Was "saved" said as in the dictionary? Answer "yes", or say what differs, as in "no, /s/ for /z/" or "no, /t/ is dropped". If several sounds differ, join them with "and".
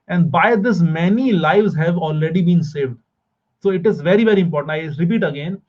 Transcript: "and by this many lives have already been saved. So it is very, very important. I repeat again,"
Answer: yes